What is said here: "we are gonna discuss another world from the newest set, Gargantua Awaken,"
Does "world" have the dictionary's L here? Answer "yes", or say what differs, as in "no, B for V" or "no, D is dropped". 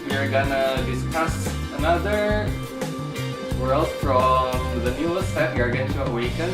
yes